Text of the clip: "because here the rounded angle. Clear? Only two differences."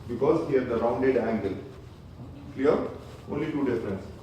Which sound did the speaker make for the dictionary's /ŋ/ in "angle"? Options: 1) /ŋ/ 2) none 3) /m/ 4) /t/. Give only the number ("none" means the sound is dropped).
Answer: 1